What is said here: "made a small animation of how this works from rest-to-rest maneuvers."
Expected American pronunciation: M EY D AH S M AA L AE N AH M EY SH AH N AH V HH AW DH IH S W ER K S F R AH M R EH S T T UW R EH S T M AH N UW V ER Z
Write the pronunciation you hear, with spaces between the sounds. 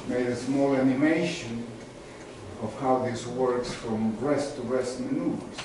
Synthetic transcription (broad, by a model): M EY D AH S M AA L AE N AH M EY SH AH N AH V HH AW DH IH S W ER K S F R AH M R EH S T T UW R EH S T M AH N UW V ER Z